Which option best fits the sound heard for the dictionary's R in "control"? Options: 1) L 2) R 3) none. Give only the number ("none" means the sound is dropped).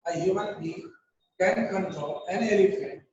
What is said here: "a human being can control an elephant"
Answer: 3